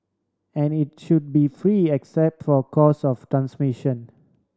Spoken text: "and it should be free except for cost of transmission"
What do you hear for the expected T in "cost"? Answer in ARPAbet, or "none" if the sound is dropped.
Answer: none